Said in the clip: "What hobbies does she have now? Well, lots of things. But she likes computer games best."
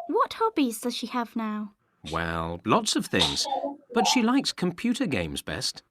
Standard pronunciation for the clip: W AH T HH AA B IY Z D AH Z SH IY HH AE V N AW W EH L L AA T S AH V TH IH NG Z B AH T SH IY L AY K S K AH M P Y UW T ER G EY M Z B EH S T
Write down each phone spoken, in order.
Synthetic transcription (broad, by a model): W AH T HH AA B IY Z D AH Z SH IY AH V N AW W EH L L AA T S AH V TH IH NG Z B AH T SH IY L AY K S K AH M P Y UW T ER G EY M Z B EH S T